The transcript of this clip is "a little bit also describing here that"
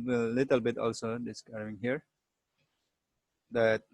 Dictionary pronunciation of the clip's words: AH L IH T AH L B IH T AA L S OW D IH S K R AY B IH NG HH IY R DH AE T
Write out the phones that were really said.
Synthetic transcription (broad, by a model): L IH T AH L B IH T AA L S OW D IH S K AY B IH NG HH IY R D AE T